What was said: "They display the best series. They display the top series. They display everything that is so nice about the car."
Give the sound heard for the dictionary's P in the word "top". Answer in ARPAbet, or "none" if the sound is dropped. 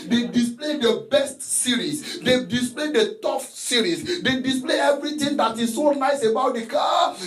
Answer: F